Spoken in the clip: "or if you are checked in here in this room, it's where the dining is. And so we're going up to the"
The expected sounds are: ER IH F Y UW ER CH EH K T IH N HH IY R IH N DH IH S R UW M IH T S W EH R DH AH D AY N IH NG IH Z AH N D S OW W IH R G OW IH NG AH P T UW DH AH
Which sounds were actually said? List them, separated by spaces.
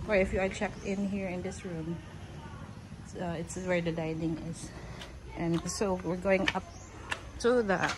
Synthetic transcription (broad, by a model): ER IH F Y UW ER CH EH K T IH N HH IY R IH N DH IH S R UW M IH T S W EH R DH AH D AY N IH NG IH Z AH N S OW W IH R G OW IH NG AH P T UW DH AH